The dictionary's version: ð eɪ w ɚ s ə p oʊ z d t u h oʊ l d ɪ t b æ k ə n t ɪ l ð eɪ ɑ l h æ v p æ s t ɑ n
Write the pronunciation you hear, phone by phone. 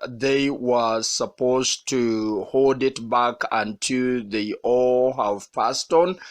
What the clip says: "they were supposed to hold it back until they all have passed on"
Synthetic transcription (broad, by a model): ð eɪ w ɚ s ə p oʊ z t u h oʊ l d ɪ t b æ k ə n t ɪ l ð eɪ ɑ l h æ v p æ s t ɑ n